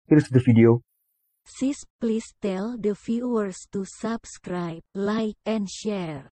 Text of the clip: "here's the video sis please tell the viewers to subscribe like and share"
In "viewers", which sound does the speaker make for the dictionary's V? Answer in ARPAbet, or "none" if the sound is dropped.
F